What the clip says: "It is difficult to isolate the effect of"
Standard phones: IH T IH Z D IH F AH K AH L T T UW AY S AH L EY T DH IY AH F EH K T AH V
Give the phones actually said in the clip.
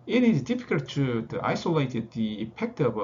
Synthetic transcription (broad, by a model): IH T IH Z D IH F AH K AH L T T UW AY S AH L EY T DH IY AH P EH K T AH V